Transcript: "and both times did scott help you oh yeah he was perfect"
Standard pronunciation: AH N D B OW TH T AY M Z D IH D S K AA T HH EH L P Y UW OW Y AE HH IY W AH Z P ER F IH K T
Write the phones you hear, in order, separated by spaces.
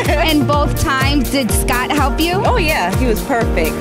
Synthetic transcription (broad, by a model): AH N B OW TH T AY M Z D IH D S K AA T HH EH L P Y UW OW Y AE HH IY W AH Z P ER F IH K T